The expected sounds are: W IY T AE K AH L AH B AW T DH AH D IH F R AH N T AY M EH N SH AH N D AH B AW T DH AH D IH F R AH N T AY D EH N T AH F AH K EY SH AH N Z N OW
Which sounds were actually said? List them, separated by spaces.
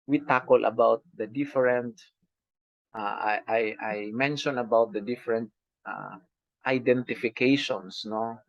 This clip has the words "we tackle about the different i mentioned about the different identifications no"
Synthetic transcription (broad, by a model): W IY T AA K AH L AH B AW T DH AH D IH F R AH N T AY M EH N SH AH N AH B AW T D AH D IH F R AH N T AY D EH N T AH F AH K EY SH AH N S N OW